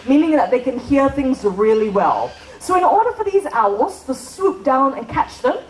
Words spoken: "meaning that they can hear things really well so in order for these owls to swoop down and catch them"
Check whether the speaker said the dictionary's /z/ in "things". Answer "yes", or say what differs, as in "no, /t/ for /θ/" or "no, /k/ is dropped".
yes